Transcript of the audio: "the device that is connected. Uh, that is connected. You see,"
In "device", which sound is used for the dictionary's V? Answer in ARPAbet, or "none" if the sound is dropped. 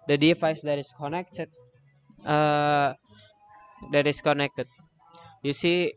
F